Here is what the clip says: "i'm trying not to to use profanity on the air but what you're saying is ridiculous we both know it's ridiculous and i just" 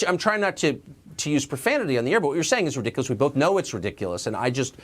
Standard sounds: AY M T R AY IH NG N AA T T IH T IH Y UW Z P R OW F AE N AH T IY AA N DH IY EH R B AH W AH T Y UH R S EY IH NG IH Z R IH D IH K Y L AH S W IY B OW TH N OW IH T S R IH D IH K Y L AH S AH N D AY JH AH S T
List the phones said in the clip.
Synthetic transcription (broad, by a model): AY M T R AY IH NG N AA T T IH T IH Y UW Z P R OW F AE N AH T IY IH N DH IY EH R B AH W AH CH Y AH R S EY IH NG IH Z R IH D IH K Y L AH S W IY B OW TH N OW IH T S R IH D IH K Y L AH S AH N AY JH AH S T